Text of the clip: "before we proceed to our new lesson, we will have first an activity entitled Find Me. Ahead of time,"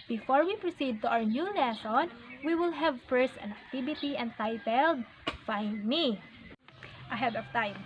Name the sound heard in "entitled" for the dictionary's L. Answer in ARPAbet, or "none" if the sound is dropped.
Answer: L